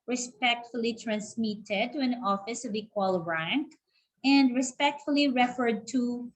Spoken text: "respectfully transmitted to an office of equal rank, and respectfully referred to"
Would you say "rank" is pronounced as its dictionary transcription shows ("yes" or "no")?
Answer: yes